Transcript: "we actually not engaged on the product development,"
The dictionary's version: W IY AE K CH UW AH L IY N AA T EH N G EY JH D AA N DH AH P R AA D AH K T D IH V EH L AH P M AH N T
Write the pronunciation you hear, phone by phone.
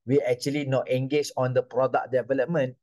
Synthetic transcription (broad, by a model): W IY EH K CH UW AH L IY N AA T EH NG G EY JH AA N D AH P R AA D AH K D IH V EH L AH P M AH N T